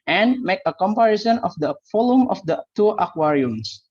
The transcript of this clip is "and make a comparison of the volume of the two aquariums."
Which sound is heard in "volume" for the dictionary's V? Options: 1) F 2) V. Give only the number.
1